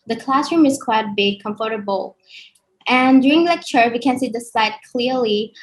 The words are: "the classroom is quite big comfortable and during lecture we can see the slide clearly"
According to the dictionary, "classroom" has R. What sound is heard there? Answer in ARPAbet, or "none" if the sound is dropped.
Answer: R